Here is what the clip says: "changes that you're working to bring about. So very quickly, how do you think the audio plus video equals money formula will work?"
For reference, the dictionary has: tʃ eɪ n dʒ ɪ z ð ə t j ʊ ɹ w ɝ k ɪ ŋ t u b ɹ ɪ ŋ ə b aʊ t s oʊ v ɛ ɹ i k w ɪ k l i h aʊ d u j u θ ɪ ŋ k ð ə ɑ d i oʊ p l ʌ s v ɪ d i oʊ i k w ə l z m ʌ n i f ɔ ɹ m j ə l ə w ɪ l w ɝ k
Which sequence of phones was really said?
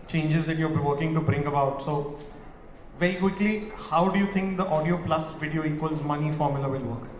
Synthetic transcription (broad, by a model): tʃ eɪ n dʒ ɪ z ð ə t j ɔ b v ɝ k ɪ ŋ t u b ɹ ɪ ŋ ə b aʊ t s oʊ v ɛ ɹ i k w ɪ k l i h aʊ d u j u t ɪ ŋ k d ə ɑ d i oʊ p l ʌ s v ɪ d i oʊ i k w ə l z m ʌ n i f ɔ ɹ m j ə l ə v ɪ l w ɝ k